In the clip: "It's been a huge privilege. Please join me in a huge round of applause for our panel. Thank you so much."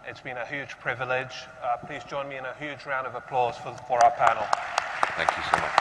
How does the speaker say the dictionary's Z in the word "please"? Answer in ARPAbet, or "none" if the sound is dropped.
Z